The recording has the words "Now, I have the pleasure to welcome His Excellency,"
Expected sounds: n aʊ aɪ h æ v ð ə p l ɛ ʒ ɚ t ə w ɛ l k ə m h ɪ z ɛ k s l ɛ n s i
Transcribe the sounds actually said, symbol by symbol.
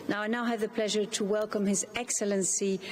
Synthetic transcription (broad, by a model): n aʊ aɪ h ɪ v ð ə p l ɛ ʒ ɚ t ə w ɛ l k ə m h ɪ z ɛ k s l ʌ n s i